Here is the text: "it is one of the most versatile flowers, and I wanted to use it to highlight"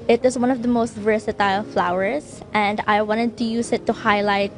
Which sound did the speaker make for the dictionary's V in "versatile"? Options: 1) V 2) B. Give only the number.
1